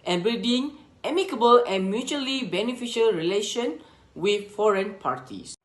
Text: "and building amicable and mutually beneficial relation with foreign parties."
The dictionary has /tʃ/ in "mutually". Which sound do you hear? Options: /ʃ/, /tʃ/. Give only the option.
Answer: /tʃ/